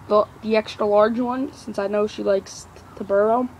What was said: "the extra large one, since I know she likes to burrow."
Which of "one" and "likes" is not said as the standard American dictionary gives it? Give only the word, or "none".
none